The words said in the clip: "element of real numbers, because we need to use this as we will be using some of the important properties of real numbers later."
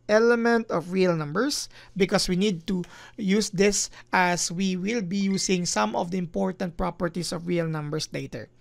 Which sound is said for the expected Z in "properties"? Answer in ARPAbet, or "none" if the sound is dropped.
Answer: S